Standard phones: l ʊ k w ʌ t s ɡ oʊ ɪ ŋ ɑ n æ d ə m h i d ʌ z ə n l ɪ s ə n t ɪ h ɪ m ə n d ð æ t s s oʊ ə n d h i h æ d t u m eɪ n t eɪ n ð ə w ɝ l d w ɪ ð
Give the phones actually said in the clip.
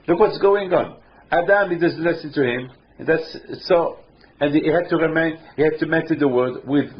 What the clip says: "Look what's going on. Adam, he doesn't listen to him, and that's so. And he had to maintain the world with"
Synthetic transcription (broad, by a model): l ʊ k w ʌ t s ɡ oʊ ɪ ŋ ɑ n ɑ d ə m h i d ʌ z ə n l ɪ s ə n t ɪ h ɪ m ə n ð æ t s s oʊ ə n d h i h æ d t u m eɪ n t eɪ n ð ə w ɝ d w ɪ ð